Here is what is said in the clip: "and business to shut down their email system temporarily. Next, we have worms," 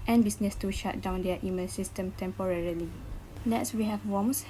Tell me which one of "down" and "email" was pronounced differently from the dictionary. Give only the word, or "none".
email